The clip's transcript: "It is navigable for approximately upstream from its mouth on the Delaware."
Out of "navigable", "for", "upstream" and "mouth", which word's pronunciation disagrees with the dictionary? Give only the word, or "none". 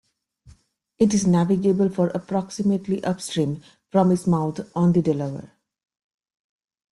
mouth